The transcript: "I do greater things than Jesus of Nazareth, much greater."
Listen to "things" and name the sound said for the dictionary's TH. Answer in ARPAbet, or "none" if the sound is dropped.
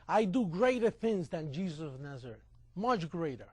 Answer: TH